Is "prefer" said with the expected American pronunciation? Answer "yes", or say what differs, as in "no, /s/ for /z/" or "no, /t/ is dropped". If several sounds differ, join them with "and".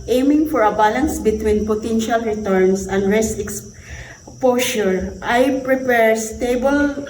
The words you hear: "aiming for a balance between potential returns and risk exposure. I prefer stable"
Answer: no, /p/ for /f/